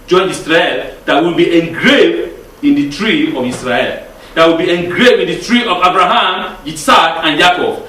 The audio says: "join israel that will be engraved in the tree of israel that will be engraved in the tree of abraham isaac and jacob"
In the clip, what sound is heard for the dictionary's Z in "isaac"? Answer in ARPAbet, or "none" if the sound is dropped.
S